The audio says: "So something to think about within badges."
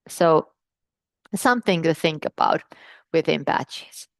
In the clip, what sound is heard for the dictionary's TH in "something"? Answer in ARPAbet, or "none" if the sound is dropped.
TH